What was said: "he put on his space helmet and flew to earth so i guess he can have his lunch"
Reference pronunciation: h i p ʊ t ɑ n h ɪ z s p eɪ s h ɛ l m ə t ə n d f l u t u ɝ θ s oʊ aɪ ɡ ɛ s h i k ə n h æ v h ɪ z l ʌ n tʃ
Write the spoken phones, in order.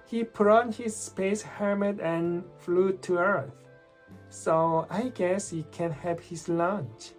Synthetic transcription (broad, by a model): h i p ʊ t ɑ n h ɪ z s p eɪ s h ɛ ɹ m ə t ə n f l u t u ɝ θ s oʊ aɪ ɡ ɛ s h i k ə n h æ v h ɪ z l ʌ n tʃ